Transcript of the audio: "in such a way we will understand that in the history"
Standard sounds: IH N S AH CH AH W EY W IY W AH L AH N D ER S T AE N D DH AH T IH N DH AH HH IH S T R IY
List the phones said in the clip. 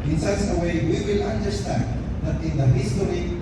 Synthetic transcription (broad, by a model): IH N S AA S AH W EY W IY W AH L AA N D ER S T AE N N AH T IH N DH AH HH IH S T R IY